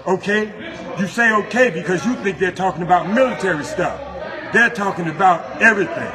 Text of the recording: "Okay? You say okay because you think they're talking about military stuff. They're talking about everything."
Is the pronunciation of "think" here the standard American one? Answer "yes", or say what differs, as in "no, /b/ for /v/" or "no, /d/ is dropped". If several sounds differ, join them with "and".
yes